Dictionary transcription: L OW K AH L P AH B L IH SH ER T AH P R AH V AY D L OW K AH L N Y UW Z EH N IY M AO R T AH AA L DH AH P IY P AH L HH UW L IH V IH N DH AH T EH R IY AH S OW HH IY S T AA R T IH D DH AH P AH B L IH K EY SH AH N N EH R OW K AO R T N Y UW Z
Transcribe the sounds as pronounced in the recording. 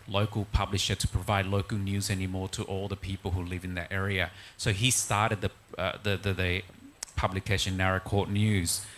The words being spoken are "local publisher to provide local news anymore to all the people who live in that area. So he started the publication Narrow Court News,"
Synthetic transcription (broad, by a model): L OW K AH L P AH B L IH SH ER T AH P R AH V AY D L OW K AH L N Y UW Z EH N IY M AO R T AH AA L DH AH P IY P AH L HH UW L IH V IH N DH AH T EH R IY AH S OW IY S T AA R T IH D DH AH P AH B L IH K EY SH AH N N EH R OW K AO R T N Y UW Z